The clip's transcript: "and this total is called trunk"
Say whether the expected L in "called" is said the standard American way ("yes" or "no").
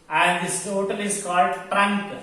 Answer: yes